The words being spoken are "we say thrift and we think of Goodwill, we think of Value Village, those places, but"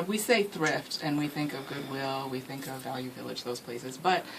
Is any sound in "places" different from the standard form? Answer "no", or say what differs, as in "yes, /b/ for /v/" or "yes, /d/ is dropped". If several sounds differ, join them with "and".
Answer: no